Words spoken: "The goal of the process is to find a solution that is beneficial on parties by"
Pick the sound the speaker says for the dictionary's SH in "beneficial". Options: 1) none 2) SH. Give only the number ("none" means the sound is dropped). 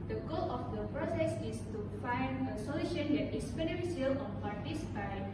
1